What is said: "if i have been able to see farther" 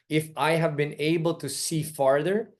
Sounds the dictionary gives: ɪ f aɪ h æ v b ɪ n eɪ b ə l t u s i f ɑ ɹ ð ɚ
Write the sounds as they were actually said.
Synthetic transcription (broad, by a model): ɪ f aɪ h æ v b ɪ n eɪ b ə l t u s i f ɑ ɹ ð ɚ